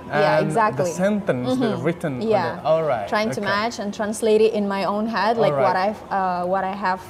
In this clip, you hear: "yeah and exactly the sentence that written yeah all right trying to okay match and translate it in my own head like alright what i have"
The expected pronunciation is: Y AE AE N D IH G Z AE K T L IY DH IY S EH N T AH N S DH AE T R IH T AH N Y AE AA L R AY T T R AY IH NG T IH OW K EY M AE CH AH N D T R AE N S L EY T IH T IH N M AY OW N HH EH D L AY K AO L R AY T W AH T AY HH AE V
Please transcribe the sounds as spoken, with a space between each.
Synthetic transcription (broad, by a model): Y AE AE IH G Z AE K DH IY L IY S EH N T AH N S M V R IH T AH N Y AE AA L R AY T T R AY IH NG T IH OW M AE CH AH N T R AE N S L EY T IH T IH N M AY OW N HH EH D L AY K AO R AY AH W AH T AY HH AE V